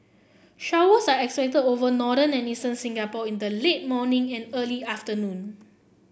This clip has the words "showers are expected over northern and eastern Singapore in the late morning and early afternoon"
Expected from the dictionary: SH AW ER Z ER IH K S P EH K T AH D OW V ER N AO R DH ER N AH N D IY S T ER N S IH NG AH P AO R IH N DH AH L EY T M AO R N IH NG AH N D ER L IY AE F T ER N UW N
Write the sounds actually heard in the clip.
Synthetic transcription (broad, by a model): SH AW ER S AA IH K S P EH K T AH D OW V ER N AO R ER N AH N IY S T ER N S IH NG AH P AO IH N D AH L EY T M AO N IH NG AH N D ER L IY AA F T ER N UW N